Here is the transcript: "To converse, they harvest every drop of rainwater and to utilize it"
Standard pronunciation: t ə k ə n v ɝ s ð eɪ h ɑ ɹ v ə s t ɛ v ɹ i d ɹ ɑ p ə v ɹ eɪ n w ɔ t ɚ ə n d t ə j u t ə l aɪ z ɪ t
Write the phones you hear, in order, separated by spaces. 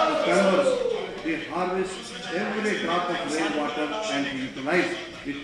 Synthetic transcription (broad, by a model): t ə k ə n ɝ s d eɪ h ɑ ɹ v ə s t ɛ v ɹ i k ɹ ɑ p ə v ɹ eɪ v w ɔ t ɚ ə n d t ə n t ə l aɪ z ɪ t